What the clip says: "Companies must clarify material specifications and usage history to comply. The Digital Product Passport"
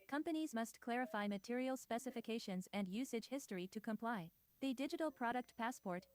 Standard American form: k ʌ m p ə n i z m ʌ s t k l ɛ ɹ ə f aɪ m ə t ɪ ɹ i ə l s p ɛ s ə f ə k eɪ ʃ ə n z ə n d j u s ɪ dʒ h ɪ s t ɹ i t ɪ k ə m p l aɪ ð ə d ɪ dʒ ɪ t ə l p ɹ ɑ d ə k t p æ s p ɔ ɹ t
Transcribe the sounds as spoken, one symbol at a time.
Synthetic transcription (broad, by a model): k ʌ m p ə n i z m ʌ s t k l ɛ ɹ ə f aɪ m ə t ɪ ɹ i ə l s p ɛ s ə f ə k eɪ ʃ ə n z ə n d j u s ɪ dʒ h ɪ s t ɹ i t ɪ k ə m p l aɪ ð ə d ɪ dʒ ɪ t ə l p ɹ ɑ d ə k t p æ s p ɔ ɹ t